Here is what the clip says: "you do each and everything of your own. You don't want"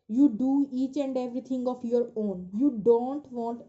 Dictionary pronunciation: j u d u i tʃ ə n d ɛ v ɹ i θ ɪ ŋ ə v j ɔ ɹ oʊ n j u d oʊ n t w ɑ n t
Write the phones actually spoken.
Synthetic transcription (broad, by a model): j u d u i tʃ ə n d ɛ v ɹ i t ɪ ŋ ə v j ɔ ɹ oʊ n j u d oʊ n t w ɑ n t